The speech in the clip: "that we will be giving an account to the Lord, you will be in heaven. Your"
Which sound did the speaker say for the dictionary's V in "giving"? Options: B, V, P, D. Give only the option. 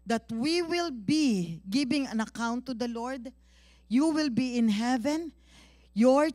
B